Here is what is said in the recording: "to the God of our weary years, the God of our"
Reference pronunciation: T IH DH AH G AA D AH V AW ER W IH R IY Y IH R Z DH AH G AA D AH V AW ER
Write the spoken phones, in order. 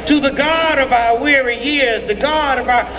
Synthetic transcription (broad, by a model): T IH DH AH G AA D AH V AW ER W IH R IY Y IH R Z DH AH G AA D AH V AW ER